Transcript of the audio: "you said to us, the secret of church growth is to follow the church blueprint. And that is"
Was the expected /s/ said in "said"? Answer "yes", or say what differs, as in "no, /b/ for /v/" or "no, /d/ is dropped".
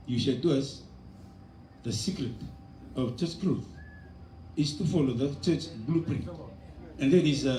no, /ʃ/ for /s/